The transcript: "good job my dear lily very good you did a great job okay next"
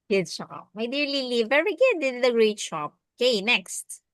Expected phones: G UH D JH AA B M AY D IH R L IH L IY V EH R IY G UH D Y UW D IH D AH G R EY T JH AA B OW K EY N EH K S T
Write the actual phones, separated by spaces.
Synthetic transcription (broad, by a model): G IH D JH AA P M AY D IH R L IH L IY V EH R IY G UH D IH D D AH G R EY T SH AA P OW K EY N EH K S T